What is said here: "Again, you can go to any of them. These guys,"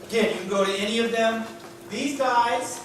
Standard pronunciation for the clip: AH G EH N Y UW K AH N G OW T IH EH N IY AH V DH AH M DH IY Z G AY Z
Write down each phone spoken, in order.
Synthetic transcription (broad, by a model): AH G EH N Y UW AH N G OW T IH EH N IY AH V DH AH M DH IY Z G AY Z